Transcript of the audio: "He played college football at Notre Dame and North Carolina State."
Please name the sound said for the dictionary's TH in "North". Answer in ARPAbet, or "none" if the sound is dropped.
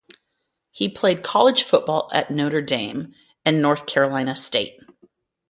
TH